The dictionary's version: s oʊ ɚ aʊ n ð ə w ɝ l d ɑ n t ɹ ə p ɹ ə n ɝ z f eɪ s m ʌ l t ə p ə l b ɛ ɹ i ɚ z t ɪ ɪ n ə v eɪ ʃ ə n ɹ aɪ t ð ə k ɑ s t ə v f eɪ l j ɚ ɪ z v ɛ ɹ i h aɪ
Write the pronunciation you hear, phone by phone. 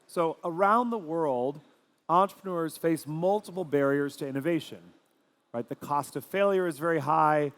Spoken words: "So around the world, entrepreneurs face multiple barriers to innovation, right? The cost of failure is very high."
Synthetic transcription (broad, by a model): s oʊ ɚ aʊ n ð ə w ɝ l d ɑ n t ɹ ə p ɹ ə n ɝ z f eɪ s m ʌ l t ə p l b ɛ ɹ i ɚ z t ɪ ɪ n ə v eɪ ʃ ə n ɹ aɪ t ð ə k ɑ s t ə v f eɪ l j ɚ ɪ z v ɛ ɹ i h aɪ